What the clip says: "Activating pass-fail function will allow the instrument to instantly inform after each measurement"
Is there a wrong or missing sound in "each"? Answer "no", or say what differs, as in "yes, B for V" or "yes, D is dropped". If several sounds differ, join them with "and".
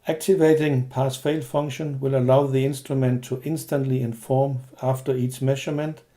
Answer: yes, S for CH